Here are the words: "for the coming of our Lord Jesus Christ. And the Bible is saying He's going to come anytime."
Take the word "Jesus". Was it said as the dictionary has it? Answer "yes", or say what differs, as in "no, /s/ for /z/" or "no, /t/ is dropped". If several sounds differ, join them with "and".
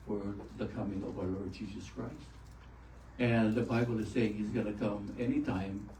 yes